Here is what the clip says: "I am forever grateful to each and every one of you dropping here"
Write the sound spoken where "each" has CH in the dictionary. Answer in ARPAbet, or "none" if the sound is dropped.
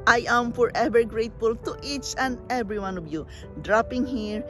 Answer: CH